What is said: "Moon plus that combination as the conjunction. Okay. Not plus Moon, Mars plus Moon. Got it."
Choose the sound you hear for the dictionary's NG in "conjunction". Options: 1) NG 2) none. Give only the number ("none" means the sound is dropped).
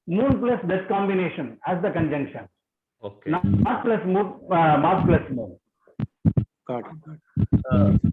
1